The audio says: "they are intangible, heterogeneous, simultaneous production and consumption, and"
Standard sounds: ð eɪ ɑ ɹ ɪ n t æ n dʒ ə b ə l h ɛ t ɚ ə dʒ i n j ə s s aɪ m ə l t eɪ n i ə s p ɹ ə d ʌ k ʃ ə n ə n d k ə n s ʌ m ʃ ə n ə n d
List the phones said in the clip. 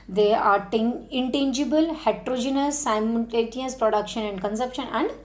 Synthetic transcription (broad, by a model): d eɪ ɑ ɹ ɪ n t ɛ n dʒ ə b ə l h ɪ t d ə dʒ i n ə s s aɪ m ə n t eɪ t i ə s p ɹ ə d ʌ k ʃ ə n ə n d k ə n s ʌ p ʃ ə n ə n d